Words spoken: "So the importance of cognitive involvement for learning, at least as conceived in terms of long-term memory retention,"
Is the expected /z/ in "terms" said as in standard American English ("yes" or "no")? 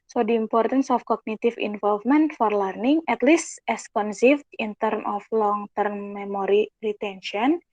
no